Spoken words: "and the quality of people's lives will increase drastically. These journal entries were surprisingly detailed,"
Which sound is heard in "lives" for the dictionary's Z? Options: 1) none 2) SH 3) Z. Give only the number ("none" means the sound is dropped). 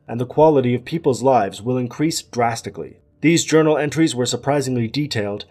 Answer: 3